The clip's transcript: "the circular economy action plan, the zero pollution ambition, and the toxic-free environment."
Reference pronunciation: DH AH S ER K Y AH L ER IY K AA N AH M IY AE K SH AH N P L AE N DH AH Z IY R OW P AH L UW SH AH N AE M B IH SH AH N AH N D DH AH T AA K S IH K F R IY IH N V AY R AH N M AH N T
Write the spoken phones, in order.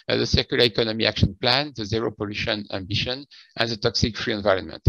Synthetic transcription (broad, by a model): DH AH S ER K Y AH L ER IY K AA N AH M IY AE K SH AH N P L AE N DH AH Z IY R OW P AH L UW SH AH N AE M B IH SH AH N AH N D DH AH T AA K S IH K F R IY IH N V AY R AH N M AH N T